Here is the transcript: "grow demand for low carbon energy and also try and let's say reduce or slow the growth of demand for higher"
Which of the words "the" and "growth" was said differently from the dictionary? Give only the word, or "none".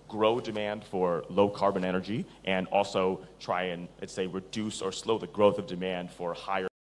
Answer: none